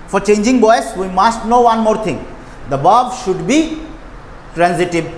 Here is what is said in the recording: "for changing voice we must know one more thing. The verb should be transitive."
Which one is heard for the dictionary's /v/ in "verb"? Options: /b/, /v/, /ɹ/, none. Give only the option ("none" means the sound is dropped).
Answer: /b/